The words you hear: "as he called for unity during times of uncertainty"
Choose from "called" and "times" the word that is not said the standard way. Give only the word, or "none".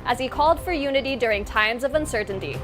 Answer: none